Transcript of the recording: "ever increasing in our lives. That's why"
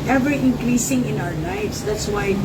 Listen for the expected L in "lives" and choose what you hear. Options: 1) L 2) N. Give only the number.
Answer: 2